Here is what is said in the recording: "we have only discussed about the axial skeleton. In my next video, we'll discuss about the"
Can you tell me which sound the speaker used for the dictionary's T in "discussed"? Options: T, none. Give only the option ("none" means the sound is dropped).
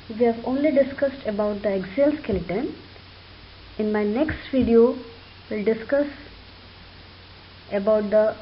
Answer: T